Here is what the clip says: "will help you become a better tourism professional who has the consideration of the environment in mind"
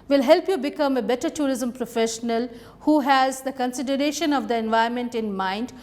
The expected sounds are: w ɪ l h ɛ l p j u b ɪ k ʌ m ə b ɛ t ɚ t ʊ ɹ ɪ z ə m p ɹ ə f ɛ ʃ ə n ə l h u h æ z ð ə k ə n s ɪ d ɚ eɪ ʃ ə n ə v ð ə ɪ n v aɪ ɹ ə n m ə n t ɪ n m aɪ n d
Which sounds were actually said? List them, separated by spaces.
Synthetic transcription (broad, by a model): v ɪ l h ɛ l p j u b ɪ k ʌ m ə b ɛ t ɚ t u ɹ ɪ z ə m p ɹ ə f ɛ ʃ ə n ə l h u h æ z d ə k ə n s ɪ d ɚ eɪ ʃ ə n ə v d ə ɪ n v aɪ ə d m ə n t ɪ n m aɪ n d